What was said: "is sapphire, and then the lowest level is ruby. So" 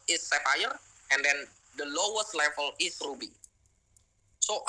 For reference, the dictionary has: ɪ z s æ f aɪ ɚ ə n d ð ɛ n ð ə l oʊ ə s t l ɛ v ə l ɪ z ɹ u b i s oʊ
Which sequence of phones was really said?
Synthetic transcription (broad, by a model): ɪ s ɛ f aɪ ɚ ə n d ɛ n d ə l oʊ ə s t l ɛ f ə n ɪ s ɹ u b i s oʊ